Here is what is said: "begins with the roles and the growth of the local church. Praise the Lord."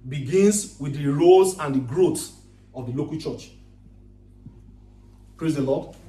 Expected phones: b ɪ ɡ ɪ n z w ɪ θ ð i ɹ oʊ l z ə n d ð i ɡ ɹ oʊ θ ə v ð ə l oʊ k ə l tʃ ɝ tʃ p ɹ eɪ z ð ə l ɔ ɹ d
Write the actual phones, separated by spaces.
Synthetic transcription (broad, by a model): b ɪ ɡ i n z w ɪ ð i ɹ oʊ z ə n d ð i ɡ ɹ oʊ t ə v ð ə l oʊ k ə l tʃ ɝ tʃ p ɹ eɪ z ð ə l ɔ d